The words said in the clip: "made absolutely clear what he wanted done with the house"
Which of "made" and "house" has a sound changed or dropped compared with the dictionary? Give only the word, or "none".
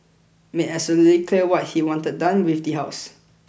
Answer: made